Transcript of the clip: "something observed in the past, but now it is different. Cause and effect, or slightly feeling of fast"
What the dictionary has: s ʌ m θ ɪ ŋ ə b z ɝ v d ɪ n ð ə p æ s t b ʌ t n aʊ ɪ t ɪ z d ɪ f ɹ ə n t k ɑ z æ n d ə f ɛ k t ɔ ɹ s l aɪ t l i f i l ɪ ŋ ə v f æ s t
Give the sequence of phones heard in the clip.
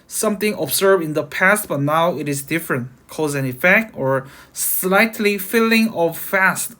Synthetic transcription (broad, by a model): s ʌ m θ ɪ ŋ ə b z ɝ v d ɪ n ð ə p æ s t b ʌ t n aʊ ɪ t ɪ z d ɪ f ɹ ə n t k ɑ z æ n ə f ɛ k t ɔ ɹ s l aɪ t l i f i l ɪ ŋ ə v f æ s t